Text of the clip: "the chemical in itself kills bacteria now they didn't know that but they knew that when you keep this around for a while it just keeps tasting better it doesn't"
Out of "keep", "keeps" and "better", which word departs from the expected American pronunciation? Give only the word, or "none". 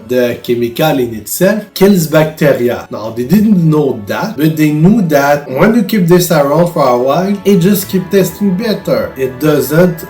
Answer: keeps